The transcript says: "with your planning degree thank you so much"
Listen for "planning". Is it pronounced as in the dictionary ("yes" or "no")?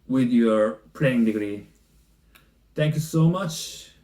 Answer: no